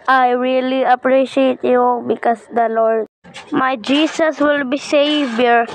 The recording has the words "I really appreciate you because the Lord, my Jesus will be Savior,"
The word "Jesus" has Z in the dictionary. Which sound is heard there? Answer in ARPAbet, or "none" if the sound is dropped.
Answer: S